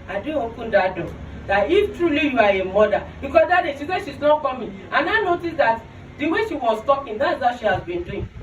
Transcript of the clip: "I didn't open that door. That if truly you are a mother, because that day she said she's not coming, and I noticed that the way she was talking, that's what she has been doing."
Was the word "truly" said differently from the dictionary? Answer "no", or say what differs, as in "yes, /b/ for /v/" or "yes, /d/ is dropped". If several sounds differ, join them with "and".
no